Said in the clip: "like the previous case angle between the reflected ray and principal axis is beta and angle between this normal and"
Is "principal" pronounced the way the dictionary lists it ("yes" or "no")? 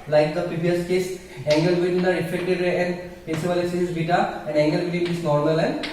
no